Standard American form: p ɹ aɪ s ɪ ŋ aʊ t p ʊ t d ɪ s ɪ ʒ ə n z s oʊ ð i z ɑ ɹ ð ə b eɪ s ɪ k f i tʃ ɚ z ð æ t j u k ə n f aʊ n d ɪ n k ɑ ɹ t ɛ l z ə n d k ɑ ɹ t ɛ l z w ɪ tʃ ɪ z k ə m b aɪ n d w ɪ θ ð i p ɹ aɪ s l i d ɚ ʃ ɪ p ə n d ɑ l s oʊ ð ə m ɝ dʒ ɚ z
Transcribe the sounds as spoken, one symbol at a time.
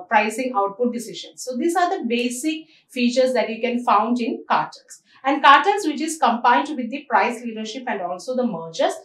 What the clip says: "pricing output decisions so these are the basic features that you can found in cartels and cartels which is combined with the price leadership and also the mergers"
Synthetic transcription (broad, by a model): p ɹ aɪ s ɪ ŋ aʊ t p ʊ t d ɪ s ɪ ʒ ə n s oʊ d i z ɑ ɹ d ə b eɪ s ɪ k f i tʃ ɚ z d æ t j u k ə n f aʊ n d ɪ n k ɑ ɹ t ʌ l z ə n d k ɑ ɹ t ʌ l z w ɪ tʃ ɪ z k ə m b aɪ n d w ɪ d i p ɹ aɪ s l i d ɚ ʃ ɪ p ə n d ɑ l s oʊ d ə m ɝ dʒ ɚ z